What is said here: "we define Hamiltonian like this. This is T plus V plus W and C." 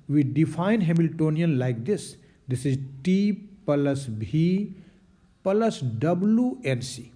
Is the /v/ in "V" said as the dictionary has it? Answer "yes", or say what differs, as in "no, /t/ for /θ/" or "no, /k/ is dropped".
no, /b/ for /v/